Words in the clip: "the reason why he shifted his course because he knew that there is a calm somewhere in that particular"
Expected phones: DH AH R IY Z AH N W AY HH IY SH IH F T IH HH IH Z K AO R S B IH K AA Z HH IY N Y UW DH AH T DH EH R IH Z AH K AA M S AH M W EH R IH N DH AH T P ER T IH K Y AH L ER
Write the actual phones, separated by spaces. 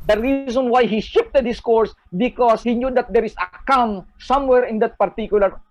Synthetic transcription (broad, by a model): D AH R IY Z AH N W AY HH IY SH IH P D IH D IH S K AO R S B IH K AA S HH IY N Y UW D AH T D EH R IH S AH K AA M S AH M W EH R IH N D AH T P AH T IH K Y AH L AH